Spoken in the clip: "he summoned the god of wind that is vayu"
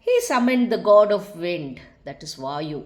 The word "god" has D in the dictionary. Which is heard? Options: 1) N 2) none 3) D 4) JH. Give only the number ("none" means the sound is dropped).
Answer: 3